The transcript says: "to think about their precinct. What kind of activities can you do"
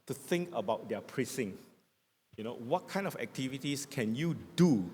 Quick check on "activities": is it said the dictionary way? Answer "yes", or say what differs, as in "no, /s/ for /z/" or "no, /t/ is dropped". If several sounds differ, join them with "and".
no, /s/ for /z/